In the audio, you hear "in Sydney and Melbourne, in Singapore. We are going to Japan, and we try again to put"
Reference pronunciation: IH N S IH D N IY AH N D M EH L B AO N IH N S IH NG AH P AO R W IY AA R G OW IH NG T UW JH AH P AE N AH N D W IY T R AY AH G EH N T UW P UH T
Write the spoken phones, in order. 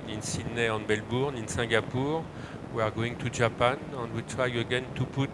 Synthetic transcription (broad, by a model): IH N S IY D N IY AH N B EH L B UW N IH N S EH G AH P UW R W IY AA R G OW IH NG T UW ZH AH P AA N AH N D W IY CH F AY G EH N T UW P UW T